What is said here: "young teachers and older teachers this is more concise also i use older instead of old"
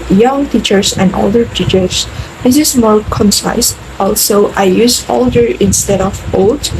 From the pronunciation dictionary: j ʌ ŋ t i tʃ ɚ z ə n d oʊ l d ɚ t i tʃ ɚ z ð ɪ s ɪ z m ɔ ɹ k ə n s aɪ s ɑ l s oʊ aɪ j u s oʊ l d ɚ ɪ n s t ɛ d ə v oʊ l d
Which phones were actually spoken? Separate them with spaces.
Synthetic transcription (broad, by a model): j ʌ ŋ t i tʃ ɚ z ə n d oʊ l d ɚ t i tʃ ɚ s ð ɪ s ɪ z m ɔ ɹ k ə n s aɪ s ɑ l s oʊ aɪ j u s oʊ l d ɚ ɪ n s t ɛ d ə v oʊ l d